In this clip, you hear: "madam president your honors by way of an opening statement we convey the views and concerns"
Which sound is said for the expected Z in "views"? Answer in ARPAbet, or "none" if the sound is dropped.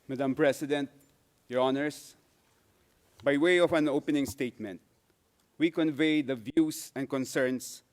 S